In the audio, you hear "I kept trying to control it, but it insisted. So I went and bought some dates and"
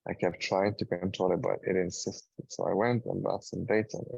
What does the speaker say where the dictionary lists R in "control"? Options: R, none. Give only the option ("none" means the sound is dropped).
none